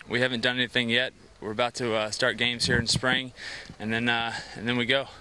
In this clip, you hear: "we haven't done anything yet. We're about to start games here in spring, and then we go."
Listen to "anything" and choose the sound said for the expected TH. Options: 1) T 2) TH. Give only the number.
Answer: 2